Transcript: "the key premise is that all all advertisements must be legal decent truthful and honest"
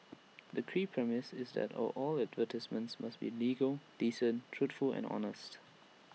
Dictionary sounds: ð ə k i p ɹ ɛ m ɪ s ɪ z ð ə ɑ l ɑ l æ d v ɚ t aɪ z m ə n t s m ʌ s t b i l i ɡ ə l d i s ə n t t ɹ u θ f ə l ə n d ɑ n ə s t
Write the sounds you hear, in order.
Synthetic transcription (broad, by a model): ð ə k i p ɹ ɛ m ɪ s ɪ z ð ə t ɑ l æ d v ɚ t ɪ s m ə n t s m ʌ s t b i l i ɡ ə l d i s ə n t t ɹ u t f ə l ə n d ɑ n ə s t